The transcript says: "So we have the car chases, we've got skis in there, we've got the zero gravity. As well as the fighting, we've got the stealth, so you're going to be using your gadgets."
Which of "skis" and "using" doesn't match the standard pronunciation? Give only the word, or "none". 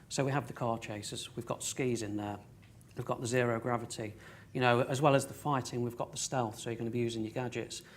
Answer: none